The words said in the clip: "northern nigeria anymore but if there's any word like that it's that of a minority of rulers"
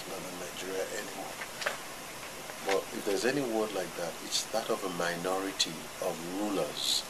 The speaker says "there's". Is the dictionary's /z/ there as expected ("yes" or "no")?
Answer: yes